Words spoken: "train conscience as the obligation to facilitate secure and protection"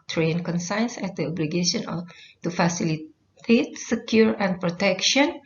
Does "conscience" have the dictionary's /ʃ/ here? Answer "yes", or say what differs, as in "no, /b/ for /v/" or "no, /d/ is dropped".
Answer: no, /s/ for /ʃ/